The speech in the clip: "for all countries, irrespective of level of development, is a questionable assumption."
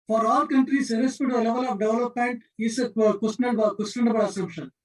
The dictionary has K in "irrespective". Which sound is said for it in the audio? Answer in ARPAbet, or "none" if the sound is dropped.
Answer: none